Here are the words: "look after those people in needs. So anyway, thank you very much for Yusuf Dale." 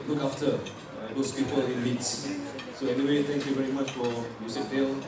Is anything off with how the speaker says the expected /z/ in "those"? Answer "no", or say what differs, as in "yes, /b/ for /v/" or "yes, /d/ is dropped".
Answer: yes, /s/ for /z/